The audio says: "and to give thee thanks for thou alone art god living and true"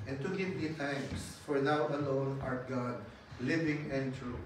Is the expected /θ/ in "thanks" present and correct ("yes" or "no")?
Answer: no